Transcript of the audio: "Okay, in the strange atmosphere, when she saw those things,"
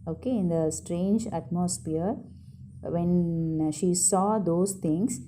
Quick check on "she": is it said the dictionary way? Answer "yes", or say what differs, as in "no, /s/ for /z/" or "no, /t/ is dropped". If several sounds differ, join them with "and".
yes